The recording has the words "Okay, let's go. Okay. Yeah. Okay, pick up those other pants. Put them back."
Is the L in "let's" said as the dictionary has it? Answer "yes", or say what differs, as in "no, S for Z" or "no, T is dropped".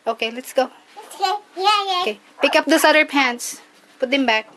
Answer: yes